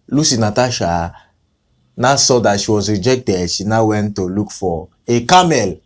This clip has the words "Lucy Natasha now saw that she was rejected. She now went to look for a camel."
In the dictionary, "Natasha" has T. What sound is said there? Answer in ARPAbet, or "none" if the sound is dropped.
T